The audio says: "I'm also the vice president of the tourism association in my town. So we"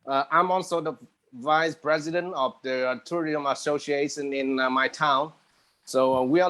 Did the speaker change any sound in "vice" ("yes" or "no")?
no